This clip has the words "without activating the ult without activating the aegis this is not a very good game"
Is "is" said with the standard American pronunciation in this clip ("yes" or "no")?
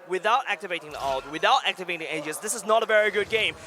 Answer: yes